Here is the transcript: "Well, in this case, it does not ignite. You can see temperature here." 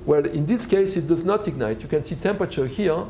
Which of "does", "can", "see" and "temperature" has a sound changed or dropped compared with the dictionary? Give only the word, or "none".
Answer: none